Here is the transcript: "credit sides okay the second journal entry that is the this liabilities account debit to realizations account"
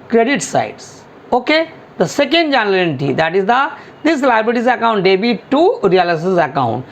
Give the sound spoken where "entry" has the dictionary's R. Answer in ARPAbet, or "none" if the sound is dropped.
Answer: none